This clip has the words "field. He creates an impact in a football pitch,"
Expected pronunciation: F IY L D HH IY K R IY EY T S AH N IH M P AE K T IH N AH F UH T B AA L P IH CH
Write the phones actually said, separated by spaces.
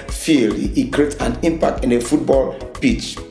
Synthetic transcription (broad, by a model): F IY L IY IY K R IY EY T AH N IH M P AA K T IH N AH F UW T B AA L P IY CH